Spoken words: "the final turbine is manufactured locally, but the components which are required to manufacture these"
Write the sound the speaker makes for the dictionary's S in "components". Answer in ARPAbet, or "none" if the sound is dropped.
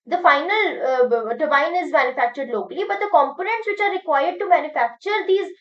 S